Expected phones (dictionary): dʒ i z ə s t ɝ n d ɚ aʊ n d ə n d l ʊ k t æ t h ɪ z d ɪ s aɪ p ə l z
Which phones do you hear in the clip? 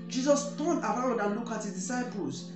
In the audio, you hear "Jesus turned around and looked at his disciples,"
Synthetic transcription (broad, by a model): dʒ i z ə s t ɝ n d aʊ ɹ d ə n l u k ɑ t h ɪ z d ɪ s aɪ p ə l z